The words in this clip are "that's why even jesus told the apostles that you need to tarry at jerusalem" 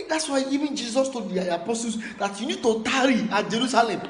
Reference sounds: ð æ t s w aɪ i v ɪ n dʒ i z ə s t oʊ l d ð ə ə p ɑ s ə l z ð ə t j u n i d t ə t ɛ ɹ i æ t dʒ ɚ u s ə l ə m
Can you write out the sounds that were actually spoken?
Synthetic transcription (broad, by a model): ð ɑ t s w aɪ i v ɪ n dʒ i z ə s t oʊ d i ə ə p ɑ s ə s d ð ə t j u n i d t ə t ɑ ɹ i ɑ dʒ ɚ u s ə l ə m